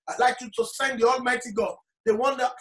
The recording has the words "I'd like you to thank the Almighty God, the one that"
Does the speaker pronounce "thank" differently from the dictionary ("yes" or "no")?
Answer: yes